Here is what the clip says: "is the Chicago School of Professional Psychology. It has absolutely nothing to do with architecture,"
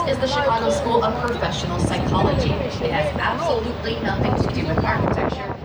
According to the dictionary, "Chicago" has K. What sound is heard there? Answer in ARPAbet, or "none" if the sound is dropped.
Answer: none